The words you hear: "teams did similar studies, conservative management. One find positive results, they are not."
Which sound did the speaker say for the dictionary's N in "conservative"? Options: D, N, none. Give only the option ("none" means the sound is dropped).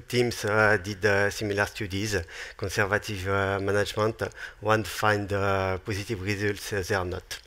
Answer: none